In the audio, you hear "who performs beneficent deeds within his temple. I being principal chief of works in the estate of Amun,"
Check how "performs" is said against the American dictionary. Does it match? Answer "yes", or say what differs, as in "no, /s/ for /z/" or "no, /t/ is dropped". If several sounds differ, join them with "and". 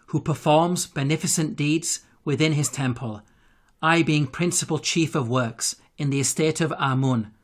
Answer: yes